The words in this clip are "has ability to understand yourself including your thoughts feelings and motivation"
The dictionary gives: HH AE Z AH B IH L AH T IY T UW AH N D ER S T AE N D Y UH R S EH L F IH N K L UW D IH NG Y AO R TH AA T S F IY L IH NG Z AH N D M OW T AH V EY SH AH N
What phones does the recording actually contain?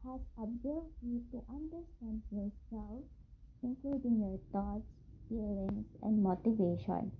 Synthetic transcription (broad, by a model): HH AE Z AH B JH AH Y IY T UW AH N D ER S T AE N D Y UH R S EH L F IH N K L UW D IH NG Y AO R T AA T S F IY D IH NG S AH N D M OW T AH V EY SH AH N